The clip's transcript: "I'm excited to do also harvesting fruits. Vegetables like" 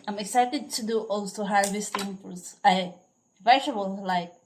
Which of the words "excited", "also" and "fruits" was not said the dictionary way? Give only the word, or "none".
fruits